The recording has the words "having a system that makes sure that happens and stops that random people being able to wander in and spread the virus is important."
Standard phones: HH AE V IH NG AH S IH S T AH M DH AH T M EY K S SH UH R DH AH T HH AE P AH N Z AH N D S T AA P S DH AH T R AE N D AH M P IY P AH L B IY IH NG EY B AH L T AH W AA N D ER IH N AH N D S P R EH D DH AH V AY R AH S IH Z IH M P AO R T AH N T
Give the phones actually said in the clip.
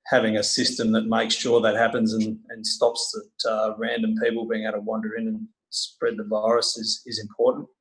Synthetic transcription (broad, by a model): HH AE V IH NG AH S IH S T AH M DH AH T M EY K S SH UH R DH AH T HH AE P AH N Z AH N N S T AA P S DH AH T R AE N D AH M P IY P L B IY IH NG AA AH T AH W AA N D ER IH N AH N S P R EH D DH AH V AY R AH S IH Z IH M P AO R T N T